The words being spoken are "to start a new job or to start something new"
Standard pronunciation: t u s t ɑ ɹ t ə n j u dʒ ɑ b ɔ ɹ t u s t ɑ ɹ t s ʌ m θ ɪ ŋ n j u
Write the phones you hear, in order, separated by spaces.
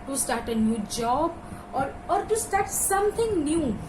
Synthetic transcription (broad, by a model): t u s t ɑ ɹ t ə n j u dʒ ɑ b ɔ ɹ t u s t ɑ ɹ t s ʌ m t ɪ ŋ n j u